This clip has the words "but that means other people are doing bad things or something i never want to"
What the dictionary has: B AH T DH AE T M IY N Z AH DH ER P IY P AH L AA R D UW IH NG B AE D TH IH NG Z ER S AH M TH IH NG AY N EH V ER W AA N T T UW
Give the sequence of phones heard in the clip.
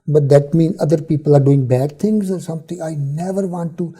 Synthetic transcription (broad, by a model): B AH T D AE T M IY N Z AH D ER P IY P AH L AA R D UW IH NG B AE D T IH NG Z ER S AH M T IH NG AY N EH V ER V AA N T T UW